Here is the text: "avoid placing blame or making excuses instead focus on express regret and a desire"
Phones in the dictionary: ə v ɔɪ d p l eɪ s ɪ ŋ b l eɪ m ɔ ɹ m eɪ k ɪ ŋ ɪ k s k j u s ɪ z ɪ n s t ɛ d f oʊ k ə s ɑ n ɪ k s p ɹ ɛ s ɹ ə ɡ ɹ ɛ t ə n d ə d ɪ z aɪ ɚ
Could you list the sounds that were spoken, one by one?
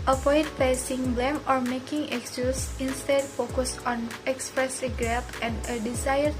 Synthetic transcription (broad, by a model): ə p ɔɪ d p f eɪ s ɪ ŋ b l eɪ m ɔ ɹ m eɪ k ɪ ŋ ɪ k s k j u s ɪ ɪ n s t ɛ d f oʊ k ə s ɑ n ɪ k s p ɹ ɛ s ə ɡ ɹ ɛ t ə n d ə d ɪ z aɪ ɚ